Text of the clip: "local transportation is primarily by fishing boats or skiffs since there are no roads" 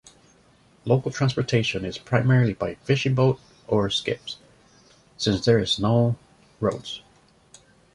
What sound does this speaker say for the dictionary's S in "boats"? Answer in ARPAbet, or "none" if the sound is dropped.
none